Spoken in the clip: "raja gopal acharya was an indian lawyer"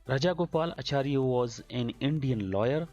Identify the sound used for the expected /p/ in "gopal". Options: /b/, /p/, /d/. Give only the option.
/p/